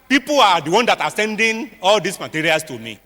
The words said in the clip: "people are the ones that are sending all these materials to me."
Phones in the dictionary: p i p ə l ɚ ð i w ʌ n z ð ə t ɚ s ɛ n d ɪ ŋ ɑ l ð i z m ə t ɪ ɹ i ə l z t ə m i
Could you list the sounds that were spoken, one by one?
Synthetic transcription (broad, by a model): p i p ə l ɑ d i w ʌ n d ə t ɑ s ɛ n d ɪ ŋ ɑ l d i s m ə t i ɹ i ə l s t ə m i